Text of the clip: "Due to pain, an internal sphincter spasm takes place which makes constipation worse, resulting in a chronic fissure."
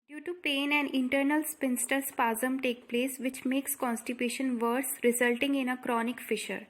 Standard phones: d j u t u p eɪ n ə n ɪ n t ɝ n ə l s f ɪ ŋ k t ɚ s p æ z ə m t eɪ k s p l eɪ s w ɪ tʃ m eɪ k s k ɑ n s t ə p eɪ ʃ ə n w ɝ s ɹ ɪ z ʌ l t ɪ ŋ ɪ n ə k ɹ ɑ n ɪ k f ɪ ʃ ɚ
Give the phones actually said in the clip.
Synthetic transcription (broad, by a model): d j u t u p eɪ n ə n ɪ n t ɝ n ə l s p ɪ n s t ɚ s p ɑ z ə m t eɪ k p l eɪ s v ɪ tʃ m eɪ k s k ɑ n s t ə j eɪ ʃ ə n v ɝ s ɹ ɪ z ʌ l t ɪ ŋ ɪ n ə k ɹ ɑ n ɪ k f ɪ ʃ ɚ